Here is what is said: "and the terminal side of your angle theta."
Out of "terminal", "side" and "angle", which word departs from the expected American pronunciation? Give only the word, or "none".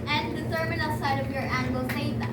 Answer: terminal